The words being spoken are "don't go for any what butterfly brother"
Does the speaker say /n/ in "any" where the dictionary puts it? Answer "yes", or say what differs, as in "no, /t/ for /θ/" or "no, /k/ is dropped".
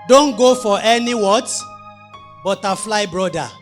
yes